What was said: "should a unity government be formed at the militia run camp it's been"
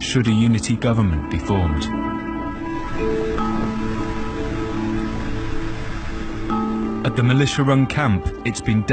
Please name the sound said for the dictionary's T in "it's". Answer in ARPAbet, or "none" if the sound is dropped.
T